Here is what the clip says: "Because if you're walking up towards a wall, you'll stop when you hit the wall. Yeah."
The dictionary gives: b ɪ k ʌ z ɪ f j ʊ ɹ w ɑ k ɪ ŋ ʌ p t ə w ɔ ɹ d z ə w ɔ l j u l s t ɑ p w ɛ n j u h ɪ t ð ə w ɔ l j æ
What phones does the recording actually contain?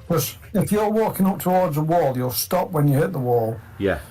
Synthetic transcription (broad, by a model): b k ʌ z ɪ f j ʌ w ɑ k ɪ ŋ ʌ p t ə w ɔ ɹ d z ə w ɔ l j u l s t ɑ p w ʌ n j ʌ h ɪ t ð ə w ɔ l j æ